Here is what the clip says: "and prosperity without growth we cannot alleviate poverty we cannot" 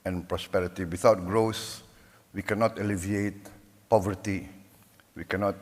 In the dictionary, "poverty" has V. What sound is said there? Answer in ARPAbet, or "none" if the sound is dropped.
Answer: V